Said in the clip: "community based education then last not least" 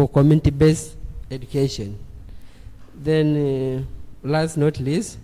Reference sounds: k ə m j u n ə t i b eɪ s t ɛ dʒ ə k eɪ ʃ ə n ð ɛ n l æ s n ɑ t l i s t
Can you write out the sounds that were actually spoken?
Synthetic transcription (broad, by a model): k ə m j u n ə t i b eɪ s ɛ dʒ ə k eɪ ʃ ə n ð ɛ n l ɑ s n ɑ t l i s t